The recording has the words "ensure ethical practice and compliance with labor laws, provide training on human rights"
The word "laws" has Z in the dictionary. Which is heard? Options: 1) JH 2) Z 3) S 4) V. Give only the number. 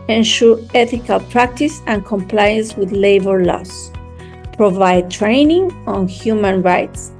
3